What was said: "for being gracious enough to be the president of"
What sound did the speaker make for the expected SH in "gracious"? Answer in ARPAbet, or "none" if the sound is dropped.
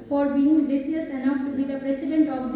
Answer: none